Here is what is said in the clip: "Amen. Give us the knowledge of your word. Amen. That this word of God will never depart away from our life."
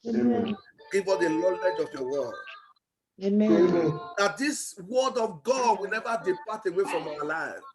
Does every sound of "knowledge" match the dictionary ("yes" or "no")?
no